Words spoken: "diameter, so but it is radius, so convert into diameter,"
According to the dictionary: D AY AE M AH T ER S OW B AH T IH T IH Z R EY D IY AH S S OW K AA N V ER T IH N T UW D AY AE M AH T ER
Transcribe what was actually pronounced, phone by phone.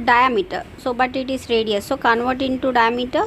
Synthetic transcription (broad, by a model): D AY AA M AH T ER S OW B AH T IH T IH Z R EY D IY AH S S OW K AA N V ER T IH N T UW D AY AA M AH T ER